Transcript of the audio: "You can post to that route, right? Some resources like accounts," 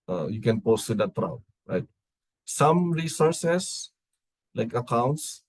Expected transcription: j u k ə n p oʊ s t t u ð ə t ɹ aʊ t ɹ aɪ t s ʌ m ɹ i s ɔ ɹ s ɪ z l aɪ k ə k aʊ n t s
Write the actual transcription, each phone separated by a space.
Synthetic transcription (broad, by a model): j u k ə n p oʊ s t t u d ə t ɹ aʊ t ɹ aɪ t s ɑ m ɹ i s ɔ ɹ s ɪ s l aɪ k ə k aʊ n t s